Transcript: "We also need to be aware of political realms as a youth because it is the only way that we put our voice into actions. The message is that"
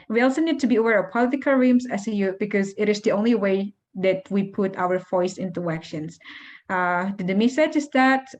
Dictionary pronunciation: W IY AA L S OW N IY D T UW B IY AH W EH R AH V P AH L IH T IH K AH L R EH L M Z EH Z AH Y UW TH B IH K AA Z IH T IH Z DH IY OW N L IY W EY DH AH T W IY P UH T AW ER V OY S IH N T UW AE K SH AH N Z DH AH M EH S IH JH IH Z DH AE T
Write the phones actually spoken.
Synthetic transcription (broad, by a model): W IY AA L S OW N IY D T UW B IY AH W EH R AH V P AH L IH T IH K AH L R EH M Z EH S AH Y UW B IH K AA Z IH T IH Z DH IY OW N L IY W EY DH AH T W IY P UH T AW ER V OY S IH N T UW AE K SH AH N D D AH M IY S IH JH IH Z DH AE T